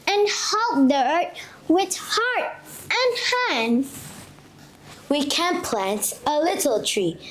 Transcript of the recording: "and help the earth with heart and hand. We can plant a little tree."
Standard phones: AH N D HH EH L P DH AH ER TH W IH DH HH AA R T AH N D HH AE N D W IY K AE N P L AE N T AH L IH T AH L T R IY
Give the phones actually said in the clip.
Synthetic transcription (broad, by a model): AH N HH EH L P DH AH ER T W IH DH HH AA R T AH N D HH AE N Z W IY K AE N P L AE N T AH L IH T L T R IY